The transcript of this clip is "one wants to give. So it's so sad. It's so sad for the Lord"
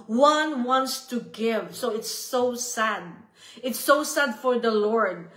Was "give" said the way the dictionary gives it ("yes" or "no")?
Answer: yes